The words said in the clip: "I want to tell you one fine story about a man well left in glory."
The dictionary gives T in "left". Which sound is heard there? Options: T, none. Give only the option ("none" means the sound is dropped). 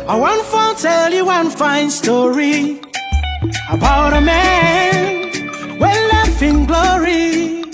none